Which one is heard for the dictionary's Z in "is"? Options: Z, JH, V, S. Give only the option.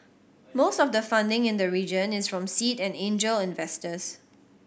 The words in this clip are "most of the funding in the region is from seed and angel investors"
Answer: S